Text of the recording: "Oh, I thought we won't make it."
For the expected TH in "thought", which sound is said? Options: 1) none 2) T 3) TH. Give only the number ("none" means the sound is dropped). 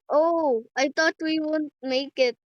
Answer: 2